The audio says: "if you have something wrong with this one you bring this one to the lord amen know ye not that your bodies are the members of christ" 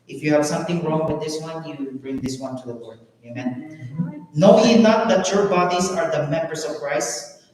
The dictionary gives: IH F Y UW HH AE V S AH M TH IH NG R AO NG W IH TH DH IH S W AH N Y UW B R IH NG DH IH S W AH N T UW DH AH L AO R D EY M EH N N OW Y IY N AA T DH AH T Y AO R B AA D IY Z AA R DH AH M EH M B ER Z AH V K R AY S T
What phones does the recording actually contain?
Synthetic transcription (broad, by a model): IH F Y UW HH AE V S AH M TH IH NG R AO NG W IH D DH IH S W AH N Y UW B R IH NG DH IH S W AH N T UW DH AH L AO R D EY M EH N N OW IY N AA T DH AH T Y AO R B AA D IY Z AA R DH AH M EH M B ER S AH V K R AY S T